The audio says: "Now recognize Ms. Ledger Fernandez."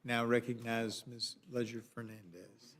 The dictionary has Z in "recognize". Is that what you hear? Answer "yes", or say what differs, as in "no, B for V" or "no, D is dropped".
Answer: yes